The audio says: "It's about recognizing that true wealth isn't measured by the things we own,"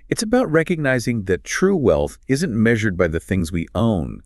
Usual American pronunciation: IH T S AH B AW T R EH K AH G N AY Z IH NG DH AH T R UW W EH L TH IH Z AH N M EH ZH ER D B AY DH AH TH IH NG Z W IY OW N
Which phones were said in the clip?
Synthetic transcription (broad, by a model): IH T S AH B AW T R EH K AH G N AY Z IH NG DH AH T R UW W EH L TH IH Z AH N M EH ZH ER D B AY DH AH TH IH NG Z W IY OW N